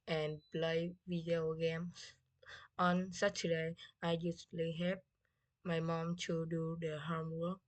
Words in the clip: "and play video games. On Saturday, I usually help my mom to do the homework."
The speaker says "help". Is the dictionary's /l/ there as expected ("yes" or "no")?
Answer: no